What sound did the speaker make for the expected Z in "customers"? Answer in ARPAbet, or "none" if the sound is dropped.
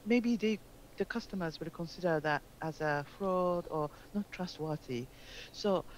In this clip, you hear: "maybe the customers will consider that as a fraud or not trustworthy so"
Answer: Z